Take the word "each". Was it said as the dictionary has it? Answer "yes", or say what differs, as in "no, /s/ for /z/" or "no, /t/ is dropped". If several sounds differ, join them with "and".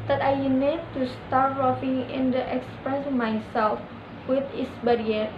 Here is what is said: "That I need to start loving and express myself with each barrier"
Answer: no, /s/ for /tʃ/